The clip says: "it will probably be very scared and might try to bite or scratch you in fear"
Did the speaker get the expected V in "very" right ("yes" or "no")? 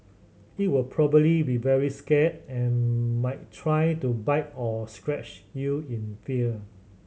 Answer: yes